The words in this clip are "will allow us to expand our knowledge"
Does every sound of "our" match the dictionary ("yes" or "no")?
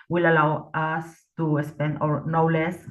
yes